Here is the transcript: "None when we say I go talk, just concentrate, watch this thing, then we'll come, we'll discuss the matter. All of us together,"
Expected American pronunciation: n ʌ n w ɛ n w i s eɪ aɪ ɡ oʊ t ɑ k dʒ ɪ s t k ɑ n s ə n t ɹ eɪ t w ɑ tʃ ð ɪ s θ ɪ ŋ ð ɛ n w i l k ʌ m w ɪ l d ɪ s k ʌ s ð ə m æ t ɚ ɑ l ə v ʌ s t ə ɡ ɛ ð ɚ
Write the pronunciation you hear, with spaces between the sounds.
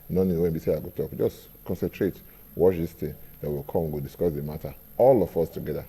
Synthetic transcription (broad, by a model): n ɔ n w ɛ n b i s eɪ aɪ ɡ oʊ t ɑ k dʒ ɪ s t k ɑ n s ə n t ɹ eɪ t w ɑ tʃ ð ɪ s t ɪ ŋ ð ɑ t w i l k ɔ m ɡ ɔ d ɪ s k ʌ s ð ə m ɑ t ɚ ɑ l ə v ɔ s t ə ɡ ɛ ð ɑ